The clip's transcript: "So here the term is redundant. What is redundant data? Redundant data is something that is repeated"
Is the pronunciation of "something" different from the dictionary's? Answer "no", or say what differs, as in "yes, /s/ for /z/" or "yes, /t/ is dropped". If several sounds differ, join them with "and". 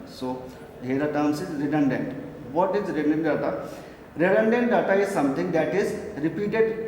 yes, /t/ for /θ/